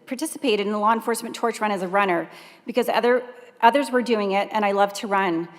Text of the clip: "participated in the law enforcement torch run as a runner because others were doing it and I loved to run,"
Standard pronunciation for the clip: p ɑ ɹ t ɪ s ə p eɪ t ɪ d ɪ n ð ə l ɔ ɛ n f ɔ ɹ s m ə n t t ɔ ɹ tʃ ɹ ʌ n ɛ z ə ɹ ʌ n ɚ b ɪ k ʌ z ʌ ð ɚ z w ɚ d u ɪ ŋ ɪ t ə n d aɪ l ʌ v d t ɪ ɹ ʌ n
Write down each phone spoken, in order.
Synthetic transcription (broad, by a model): p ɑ ɹ t ɪ s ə p eɪ t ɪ d ɪ n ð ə l ɔ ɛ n f ɔ ɹ s m n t t ɔ ɹ tʃ ɹ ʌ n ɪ z ə ɹ ʌ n ɚ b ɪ k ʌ z ʌ ð ɚ z w ɚ d u ɪ ŋ ɪ t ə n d aɪ l ʌ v t ɪ ɹ ʌ n